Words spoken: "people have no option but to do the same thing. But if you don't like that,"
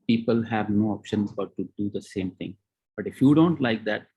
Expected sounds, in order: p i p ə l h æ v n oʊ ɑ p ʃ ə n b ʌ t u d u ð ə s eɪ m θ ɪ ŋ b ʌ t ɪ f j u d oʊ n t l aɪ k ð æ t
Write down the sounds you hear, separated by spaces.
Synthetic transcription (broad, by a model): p i p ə l h æ v n oʊ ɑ p ʃ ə n b ʌ t u d u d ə s eɪ m t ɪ ŋ b ʌ t ɪ f j u d oʊ n t l aɪ k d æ t